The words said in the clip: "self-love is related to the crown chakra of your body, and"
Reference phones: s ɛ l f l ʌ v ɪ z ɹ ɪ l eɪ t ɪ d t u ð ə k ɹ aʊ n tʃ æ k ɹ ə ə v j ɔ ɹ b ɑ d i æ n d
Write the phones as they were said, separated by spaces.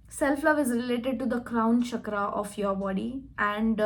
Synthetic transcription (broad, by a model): s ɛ l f l ʌ v ɪ z ɹ ɪ l eɪ t ɪ d t u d ə k ɹ aʊ n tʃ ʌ k ɹ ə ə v j ɔ ɹ b ɑ d i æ n d